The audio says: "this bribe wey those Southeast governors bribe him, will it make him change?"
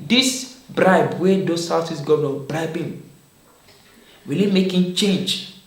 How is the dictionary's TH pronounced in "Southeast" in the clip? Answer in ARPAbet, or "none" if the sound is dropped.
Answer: S